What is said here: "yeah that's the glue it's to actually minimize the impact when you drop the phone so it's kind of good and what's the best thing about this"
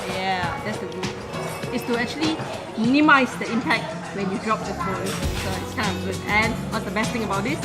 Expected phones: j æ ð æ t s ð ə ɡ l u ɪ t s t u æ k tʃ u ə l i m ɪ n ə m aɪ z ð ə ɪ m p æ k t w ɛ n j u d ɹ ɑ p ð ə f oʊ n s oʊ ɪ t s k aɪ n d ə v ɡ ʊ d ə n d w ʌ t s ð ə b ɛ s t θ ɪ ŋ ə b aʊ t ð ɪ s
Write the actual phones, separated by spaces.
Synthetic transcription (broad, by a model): j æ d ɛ t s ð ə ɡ u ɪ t s t u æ k tʃ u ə l i m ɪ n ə m aɪ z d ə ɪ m p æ k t w ɛ n j u d ɹ ɑ p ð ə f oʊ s s oʊ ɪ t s k aɪ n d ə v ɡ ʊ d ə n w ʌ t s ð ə b ɛ s t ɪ ŋ ə b aʊ t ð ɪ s